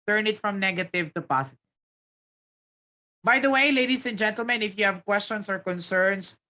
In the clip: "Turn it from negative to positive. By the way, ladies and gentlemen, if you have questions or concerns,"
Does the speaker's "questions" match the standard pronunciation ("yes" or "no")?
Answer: no